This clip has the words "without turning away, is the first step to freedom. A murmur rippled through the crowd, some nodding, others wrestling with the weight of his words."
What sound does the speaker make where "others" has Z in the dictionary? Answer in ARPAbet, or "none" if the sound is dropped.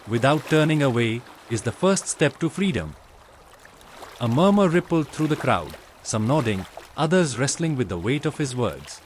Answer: Z